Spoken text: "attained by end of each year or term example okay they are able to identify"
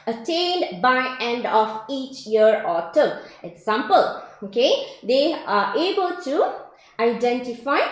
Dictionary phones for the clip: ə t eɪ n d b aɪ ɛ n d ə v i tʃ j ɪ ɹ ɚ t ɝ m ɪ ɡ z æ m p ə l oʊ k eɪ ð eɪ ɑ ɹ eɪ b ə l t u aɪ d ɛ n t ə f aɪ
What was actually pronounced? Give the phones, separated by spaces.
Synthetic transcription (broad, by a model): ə t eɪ n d b aɪ ɛ n d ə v i tʃ j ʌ ɹ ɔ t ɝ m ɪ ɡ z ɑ m p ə l oʊ k eɪ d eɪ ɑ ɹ eɪ b ə l t u aɪ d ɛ n t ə f aɪ